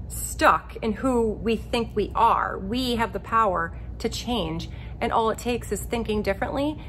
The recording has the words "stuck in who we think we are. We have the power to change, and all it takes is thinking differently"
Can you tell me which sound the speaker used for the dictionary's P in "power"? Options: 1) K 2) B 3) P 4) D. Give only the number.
3